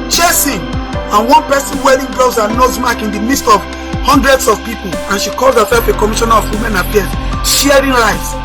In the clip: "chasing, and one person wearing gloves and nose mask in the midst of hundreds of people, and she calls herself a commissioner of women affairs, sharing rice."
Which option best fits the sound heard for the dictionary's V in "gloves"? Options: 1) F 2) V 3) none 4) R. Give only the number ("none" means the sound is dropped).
3